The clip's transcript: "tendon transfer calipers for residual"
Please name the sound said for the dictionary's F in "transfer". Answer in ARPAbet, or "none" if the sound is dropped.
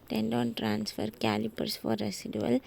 F